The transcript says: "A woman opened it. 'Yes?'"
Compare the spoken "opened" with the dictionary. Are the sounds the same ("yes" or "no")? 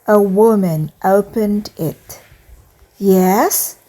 yes